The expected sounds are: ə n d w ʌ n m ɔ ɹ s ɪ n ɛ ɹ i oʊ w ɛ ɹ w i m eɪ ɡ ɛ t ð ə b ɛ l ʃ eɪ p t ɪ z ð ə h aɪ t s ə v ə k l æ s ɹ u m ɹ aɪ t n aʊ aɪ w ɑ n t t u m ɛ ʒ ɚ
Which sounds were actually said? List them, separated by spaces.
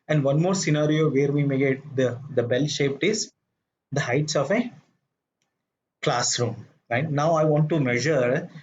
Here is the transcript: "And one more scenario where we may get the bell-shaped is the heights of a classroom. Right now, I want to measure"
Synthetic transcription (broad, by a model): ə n d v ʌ n m ɔ ɹ s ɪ n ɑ ɹ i oʊ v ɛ ɹ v i m eɪ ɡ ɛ t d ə b ɛ l ʃ eɪ p t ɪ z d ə h aɪ t s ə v ə k l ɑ s ɹ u m ɹ aɪ t n aʊ aɪ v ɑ n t t u m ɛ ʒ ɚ